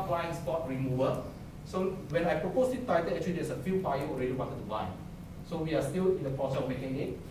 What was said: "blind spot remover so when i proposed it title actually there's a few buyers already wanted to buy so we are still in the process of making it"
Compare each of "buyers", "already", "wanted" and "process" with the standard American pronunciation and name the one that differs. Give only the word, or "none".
buyers